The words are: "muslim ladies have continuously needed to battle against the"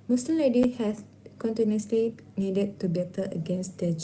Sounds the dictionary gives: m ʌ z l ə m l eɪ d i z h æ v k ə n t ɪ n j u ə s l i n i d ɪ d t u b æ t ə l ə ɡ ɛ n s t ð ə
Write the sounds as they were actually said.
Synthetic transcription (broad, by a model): m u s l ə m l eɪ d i h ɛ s k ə n t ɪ n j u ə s l i n i d ɪ d t u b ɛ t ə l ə ɡ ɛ n s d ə